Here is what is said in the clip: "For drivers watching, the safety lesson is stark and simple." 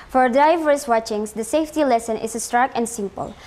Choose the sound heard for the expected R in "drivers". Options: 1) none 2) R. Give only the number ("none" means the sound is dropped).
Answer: 1